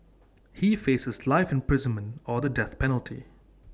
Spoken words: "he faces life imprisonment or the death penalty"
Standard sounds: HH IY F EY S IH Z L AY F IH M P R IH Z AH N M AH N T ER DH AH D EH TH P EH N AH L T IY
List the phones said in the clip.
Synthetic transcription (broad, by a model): HH IY F EY S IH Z L AY F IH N P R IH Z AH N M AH N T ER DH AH D EH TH P EH N AH L T IY